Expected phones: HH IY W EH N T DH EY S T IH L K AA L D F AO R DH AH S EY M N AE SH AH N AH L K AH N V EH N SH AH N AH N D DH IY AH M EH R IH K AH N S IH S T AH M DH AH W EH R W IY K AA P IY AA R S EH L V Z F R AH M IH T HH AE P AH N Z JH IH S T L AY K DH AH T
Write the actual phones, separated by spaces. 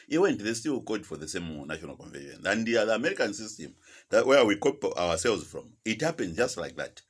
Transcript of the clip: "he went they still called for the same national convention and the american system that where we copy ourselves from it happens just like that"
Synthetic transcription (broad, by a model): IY W EH N T DH EY S T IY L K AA D F AO R DH AH S EY M N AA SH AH N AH L K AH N V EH N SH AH N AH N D DH IY AH M EH R IH K AH N S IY S T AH M DH AH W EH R W IY K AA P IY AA S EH L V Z F R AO M IH T HH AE P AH N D JH IH S T L AY K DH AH T